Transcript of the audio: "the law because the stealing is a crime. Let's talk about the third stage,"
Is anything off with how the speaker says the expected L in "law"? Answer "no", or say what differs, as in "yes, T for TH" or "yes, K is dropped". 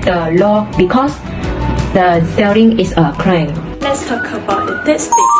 no